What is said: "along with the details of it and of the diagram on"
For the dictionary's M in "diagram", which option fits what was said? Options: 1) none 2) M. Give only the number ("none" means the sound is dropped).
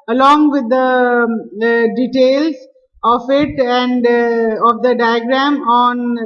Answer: 2